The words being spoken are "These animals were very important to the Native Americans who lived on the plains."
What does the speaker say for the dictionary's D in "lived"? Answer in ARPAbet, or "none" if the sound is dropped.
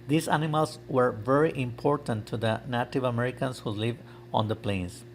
none